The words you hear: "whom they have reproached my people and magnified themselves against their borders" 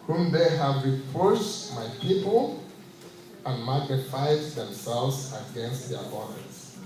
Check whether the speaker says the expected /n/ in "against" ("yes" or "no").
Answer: yes